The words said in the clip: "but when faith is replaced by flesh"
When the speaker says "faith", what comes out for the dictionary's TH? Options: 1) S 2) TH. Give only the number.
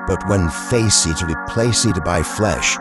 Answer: 1